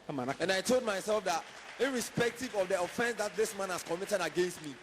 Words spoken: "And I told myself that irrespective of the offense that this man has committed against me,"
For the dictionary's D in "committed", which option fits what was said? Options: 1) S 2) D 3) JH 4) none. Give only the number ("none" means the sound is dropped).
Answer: 2